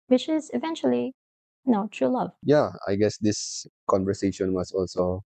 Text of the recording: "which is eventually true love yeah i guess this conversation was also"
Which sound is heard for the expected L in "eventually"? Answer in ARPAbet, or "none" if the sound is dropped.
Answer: N